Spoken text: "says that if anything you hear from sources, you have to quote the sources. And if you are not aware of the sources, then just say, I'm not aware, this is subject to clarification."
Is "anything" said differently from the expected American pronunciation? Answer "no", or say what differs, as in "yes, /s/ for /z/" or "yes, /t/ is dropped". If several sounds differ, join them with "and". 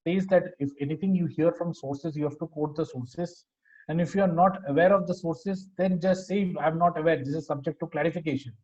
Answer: yes, /t/ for /θ/